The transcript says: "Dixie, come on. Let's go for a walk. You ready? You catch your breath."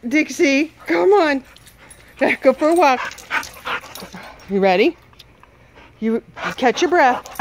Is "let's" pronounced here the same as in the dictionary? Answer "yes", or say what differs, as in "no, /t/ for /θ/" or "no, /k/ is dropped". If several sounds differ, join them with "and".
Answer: no, /s/ is dropped